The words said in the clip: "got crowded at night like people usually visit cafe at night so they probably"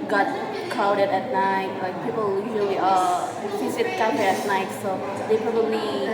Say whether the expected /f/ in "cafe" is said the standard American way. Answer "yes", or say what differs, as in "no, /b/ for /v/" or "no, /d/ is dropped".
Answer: no, /f/ is dropped